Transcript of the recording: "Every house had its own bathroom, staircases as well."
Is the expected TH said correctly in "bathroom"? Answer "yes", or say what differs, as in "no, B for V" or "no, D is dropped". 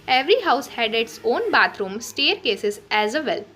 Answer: no, T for TH